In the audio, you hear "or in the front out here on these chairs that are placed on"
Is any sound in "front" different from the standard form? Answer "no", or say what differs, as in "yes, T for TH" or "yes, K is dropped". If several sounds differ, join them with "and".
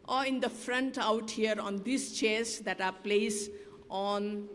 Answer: no